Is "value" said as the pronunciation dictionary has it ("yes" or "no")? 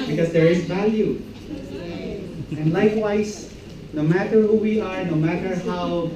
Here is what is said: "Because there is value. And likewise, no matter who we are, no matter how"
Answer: yes